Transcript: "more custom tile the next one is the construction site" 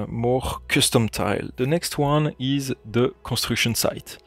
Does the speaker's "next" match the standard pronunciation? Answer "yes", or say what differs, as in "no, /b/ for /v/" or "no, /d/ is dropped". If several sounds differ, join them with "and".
yes